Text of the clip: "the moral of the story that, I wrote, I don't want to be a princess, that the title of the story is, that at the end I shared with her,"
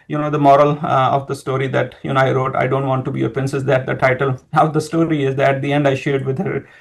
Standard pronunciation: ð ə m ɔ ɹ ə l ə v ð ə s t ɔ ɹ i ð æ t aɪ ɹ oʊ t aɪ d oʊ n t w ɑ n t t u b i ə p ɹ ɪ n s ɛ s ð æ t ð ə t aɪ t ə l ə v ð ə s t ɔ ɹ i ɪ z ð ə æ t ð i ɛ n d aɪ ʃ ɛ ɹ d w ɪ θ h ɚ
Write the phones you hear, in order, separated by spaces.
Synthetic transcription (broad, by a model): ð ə m ɔ ɹ ə l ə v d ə s t ɔ ɹ i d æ t aɪ ɹ oʊ t aɪ d oʊ n t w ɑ n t t u b i ə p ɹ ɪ n s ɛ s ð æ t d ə t aɪ t ə l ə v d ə s t ɔ ɹ i ɪ z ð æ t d i ɛ n d aɪ ʃ ɛ ɹ d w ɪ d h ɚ